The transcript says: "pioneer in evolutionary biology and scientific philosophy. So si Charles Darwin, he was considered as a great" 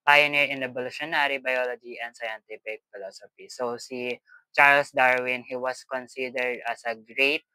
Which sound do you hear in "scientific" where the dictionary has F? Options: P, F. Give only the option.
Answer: P